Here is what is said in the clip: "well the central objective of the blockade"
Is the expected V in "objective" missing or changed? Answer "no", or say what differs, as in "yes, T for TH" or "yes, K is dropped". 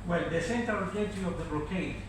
yes, V is dropped